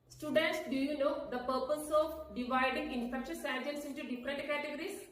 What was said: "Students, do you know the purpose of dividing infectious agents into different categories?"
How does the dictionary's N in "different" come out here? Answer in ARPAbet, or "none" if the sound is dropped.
none